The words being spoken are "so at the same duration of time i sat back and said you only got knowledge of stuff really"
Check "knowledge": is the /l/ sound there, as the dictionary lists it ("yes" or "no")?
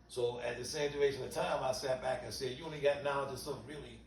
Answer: no